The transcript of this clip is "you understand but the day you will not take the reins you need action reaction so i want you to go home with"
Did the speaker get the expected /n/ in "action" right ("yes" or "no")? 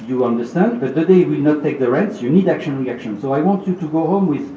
yes